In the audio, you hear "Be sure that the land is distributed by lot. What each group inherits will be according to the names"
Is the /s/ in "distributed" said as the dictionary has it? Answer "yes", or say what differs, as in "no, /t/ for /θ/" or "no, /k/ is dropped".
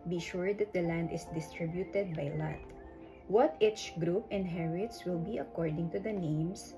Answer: yes